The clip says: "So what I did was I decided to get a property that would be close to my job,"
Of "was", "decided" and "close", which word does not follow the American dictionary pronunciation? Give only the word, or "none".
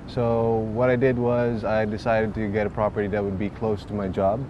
none